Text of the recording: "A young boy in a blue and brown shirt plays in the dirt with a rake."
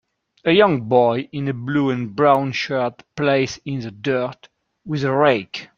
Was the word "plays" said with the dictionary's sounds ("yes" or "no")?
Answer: no